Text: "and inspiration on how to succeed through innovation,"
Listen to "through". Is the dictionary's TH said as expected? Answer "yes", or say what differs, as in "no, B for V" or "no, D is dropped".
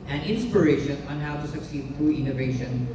no, F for TH